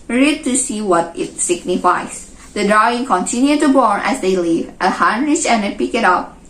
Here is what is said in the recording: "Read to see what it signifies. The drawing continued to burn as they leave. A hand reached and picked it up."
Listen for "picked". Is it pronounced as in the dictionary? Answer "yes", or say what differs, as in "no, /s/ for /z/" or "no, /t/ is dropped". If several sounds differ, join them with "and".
no, /t/ is dropped